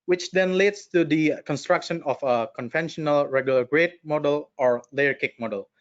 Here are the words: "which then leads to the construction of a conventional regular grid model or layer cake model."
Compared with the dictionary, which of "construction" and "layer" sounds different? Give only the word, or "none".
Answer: none